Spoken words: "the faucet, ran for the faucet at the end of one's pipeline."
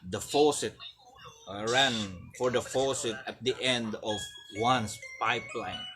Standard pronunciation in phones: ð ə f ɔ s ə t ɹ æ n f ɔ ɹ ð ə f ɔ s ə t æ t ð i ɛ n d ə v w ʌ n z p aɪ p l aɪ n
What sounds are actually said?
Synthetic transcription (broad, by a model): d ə f ɔ s ə t ɹ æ n f ɔ ɹ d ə f ɔ s ə t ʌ t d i ɛ n d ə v w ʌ n s p aɪ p l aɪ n